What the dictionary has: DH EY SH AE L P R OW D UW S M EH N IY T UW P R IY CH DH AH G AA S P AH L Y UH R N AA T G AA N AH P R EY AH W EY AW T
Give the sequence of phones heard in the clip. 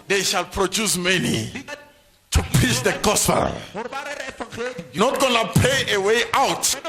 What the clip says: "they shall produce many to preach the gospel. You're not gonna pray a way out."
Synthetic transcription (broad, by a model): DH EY SH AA L P R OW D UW S M EH N IY T UW P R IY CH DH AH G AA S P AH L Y N AA T G AA N AH P EY AH W EY AW T